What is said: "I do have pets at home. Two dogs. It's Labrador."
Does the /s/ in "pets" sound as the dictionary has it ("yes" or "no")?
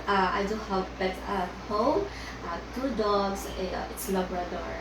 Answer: no